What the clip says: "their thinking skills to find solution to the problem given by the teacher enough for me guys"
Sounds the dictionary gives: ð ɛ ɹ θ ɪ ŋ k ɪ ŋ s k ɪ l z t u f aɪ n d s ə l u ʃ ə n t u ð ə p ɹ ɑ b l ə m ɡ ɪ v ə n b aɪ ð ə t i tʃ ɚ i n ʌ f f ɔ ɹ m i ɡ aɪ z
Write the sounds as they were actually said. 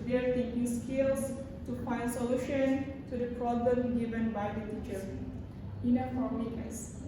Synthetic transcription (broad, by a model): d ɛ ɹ t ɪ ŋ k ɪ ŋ s k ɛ l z t u f aɪ n d s ə l u ʃ ə n t u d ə p ɹ ɑ b l ə m ɡ ɪ v ə n b aɪ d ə t i tʃ ɚ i n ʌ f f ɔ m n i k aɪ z